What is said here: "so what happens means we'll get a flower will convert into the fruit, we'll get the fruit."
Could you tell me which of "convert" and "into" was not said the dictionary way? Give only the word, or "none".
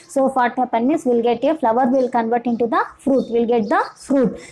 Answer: none